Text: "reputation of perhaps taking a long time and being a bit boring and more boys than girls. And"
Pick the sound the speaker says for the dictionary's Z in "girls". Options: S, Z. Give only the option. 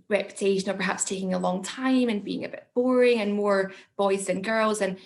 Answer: Z